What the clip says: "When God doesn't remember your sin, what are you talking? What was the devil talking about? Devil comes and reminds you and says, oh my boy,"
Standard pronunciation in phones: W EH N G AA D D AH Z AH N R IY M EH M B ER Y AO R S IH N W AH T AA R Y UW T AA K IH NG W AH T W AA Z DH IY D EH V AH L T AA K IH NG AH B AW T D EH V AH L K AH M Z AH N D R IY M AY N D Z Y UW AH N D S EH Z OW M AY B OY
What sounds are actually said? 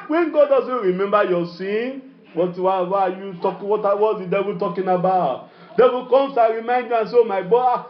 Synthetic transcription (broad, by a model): W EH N G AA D D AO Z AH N R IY M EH M B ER Y AO S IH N W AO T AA W Y UW T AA K W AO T W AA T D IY D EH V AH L T AA K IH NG AH B AW T D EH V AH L K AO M S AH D R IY M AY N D Y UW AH N S OW M AY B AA